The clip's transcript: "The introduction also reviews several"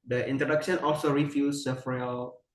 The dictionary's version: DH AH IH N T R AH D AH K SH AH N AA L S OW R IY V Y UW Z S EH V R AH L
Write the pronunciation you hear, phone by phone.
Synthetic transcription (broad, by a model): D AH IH N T R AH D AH K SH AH N AA L S OW R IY F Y UW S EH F R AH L